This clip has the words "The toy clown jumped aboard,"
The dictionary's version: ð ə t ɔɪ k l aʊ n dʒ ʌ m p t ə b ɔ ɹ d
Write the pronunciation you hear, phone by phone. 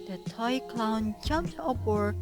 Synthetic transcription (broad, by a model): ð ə t ɔɪ k l aʊ n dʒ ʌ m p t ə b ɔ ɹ